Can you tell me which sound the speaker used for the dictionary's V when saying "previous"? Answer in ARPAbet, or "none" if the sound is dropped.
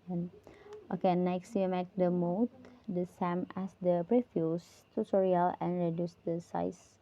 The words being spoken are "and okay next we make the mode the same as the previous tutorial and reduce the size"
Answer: F